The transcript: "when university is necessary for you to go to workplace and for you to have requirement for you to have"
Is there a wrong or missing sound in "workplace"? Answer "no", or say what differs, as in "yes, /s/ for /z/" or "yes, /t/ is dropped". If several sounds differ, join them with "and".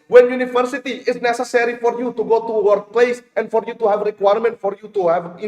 no